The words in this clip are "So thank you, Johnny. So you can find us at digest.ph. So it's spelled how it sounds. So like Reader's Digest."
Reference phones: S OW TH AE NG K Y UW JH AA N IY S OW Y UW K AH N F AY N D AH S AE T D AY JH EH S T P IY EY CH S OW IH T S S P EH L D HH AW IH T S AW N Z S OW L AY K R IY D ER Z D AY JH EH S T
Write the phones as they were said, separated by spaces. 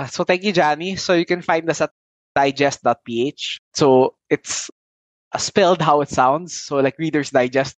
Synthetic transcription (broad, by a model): S OW T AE NG K Y UW JH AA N IY S OW Y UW K AH N F AY N D AH S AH T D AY JH EH S T P IY EY CH S OW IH T S S P EH L D HH AW IH T S AW N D S OW L AY K R IY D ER S D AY JH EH S T